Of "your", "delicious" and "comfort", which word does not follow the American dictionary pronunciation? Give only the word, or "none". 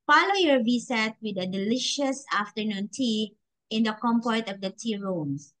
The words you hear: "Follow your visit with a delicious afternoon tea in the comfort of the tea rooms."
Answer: comfort